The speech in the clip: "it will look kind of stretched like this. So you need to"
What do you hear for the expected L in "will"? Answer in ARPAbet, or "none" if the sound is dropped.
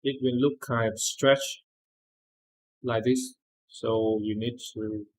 N